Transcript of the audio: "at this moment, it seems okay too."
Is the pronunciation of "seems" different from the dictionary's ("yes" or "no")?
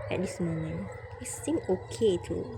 yes